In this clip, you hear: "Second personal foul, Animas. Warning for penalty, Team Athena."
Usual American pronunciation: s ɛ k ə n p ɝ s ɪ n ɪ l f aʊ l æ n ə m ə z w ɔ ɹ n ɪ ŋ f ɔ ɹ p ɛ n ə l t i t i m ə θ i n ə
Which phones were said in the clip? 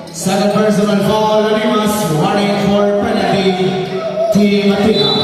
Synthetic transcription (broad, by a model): s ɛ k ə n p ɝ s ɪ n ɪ n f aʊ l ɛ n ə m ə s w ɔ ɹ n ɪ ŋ f ɔ ɹ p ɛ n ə t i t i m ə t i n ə